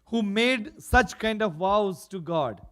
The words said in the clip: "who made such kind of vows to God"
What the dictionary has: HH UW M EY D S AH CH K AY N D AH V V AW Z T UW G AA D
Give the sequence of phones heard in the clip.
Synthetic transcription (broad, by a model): HH UW M EY D S AH CH K AY N D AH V V AW Z T UW G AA D